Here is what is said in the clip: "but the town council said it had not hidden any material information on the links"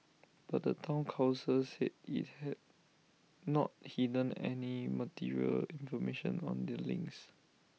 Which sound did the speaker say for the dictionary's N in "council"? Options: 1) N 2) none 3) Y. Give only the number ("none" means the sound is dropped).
2